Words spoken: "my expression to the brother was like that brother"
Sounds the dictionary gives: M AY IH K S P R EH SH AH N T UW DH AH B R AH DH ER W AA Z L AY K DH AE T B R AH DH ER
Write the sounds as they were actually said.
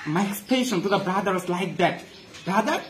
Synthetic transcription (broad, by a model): M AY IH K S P EH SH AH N T UW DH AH B R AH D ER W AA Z L AY K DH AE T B R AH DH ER